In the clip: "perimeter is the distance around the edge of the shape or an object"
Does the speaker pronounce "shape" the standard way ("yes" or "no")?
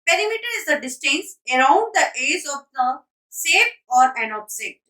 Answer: no